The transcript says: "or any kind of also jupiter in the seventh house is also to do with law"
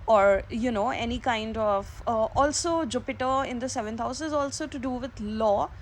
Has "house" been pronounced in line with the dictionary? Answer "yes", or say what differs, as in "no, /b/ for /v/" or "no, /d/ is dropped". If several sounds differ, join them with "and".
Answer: yes